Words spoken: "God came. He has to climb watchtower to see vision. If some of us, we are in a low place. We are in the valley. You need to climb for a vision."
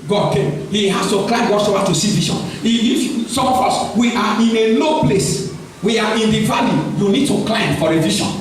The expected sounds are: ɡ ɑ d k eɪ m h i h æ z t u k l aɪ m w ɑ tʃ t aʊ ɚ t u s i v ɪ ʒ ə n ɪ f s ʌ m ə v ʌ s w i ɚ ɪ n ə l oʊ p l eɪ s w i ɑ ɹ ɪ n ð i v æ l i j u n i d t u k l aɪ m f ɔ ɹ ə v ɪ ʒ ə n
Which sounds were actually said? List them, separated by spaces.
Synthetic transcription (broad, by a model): ɡ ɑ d k eɪ m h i h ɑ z t u k l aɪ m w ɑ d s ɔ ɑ t u s i v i ʃ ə n ɪ f s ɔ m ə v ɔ s w i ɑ ɪ n ə l oʊ p l eɪ s w i ɑ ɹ ɪ n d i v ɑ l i j u n i d t u k l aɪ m f ɔ ɹ ə v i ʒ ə n